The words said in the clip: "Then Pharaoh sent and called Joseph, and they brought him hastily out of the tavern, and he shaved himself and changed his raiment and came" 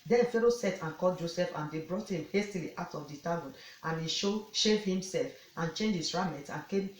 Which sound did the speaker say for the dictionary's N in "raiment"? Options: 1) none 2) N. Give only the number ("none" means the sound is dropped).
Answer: 1